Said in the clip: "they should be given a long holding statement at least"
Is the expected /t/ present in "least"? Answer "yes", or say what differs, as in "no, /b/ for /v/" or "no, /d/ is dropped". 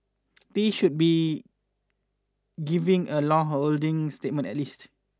yes